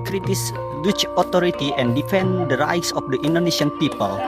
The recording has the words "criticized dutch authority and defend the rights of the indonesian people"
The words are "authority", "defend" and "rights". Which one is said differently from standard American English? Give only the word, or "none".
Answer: authority